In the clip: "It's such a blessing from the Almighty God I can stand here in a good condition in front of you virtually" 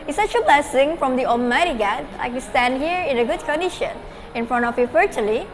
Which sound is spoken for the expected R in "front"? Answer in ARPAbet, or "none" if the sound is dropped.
R